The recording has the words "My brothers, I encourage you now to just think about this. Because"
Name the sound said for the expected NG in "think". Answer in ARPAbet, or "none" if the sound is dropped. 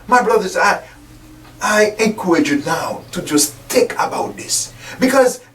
none